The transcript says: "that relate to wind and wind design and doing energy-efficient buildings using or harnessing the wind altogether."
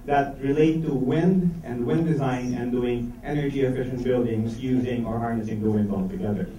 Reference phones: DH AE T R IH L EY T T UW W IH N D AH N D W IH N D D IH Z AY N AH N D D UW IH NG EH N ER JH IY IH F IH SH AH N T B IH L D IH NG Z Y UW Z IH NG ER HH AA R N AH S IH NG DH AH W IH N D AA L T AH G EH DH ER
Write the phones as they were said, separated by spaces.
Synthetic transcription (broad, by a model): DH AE T R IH L EY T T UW W IH N D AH N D W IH N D D IH Z AY N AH N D D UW IH NG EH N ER JH IY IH F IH SH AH N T B IH L D IH NG Z Y UW Z IH NG ER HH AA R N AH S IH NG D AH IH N AA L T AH G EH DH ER